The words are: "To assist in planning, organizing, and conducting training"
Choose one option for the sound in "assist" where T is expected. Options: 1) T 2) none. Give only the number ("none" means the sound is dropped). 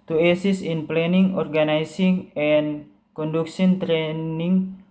2